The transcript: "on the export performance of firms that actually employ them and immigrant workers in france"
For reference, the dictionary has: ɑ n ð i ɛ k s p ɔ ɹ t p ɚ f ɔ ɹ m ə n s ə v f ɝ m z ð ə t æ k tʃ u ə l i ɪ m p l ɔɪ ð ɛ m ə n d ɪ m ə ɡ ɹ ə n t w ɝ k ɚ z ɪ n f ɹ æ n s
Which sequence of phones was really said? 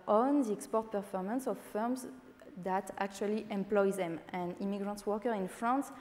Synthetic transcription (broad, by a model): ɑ n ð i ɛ k s p ɔ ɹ t p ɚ f ɔ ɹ m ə n s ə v f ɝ m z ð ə t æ k tʃ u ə l i ɪ m p l ɔɪ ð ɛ m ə n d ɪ m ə ɡ ɹ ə n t w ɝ k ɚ ɪ n f ɹ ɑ n s